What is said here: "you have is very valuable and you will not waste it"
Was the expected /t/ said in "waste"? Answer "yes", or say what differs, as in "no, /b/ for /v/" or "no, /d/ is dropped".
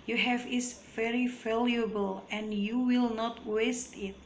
yes